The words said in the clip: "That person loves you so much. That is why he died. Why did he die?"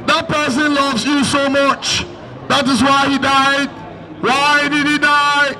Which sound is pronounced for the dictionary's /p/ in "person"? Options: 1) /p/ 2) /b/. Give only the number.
1